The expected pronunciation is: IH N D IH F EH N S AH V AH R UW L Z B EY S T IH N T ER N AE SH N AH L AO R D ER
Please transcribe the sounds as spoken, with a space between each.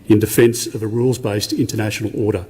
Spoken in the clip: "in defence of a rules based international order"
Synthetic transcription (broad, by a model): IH N D IH F EH N S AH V AH R UW L Z B EY S T IH N T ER N AE SH N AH L AO R D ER